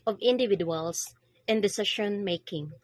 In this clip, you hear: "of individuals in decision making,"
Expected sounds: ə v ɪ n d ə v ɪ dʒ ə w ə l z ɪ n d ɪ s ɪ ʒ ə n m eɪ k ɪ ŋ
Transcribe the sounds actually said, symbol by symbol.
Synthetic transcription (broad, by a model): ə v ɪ n d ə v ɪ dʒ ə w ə l s ɪ n d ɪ s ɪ ʃ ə n m eɪ k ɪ ŋ